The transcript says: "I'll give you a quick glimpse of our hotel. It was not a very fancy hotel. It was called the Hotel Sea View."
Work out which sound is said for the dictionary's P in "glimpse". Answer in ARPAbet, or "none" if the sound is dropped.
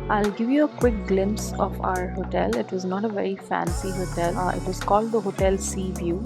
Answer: P